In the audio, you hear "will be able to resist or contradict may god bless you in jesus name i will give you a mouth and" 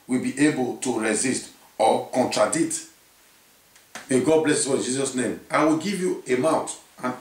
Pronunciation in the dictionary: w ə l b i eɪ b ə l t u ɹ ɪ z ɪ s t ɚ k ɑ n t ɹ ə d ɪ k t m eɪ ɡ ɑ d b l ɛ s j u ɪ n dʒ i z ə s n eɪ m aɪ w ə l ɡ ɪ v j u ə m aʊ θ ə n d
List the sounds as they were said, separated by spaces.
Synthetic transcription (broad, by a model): w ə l b i eɪ b ə l t u ɹ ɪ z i s t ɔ k ɑ n t ɹ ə d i t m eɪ ɡ ɑ d b l ɛ s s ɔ ɪ n dʒ i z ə s n eɪ m aɪ w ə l ɡ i v j u ə m aʊ t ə n